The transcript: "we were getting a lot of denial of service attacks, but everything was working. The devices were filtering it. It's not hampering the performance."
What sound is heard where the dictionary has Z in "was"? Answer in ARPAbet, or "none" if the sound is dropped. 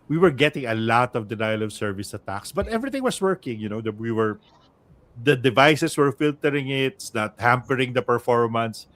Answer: S